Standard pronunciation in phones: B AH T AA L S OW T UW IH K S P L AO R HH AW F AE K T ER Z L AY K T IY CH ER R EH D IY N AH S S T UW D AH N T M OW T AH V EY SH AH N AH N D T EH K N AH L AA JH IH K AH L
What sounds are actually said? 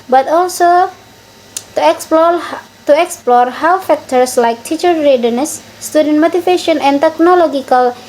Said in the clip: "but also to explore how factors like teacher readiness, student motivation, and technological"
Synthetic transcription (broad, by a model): B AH T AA L S OW T UW IH K S P L AO R HH AW F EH K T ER S L AY K T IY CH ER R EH D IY N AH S S T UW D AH N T M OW T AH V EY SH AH N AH N T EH K N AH L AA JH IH K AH L